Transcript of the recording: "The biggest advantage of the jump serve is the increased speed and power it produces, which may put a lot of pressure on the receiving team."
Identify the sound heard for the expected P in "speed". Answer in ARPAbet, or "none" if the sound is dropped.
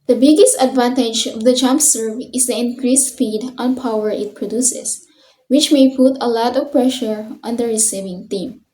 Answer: F